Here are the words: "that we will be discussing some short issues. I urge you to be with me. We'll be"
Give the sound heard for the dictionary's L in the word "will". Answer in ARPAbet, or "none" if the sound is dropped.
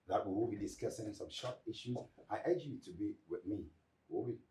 W